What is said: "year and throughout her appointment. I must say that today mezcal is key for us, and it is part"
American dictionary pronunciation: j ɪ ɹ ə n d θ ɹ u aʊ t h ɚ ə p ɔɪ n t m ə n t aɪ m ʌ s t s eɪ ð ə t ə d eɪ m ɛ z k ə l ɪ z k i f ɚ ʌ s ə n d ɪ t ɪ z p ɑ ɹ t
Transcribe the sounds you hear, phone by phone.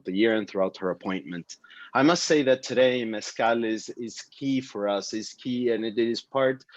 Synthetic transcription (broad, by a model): j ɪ ɹ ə n θ ɹ u aʊ t h ɚ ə p ɔɪ n m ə n t aɪ m ʌ s t s eɪ ð ə t ə d eɪ m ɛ s k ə l ɪ z k i f ɚ ʌ s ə n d ɪ t ɪ z p ɑ ɹ t